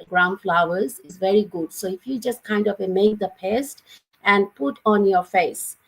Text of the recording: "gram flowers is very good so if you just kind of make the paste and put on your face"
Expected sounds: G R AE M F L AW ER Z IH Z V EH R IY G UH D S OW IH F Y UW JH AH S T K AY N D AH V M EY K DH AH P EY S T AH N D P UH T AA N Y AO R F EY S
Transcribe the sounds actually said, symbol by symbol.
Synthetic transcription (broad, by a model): G R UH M F L AW ER Z IH Z V EH R IY G UH D S OW IH F Y UW JH AH S T K AY N D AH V M EY K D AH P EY S T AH N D P UH T AA N Y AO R F EY S